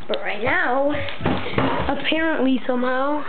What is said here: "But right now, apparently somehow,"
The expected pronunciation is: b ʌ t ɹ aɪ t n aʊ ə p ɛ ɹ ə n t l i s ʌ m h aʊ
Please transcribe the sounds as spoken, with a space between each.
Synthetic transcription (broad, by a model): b ʌ t ɹ aɪ t n aʊ ə p ɛ ɹ ə n t l i s ʌ m h aʊ